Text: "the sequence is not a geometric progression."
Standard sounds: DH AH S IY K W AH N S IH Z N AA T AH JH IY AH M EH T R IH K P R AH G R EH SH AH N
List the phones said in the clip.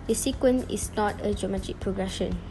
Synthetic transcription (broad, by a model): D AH S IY K W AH N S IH S N AA T AH JH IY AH M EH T IH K P R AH G R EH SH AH N